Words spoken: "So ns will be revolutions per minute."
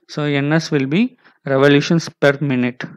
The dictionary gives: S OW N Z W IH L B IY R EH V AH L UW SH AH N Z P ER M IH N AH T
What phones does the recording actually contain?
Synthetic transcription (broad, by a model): S OW N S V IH L B IY R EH V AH L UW SH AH N S P ER M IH N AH T